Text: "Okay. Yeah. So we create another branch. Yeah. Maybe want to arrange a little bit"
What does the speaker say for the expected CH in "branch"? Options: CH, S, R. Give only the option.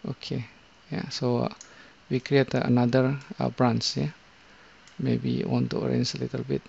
S